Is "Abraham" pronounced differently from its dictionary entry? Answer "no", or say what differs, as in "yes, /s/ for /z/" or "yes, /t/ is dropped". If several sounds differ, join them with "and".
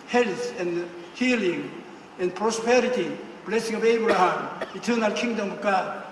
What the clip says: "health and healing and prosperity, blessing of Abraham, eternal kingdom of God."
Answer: yes, /ɹ/ is dropped